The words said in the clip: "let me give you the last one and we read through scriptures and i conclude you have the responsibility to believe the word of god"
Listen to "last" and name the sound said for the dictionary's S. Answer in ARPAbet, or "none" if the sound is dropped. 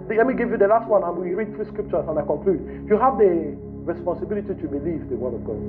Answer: S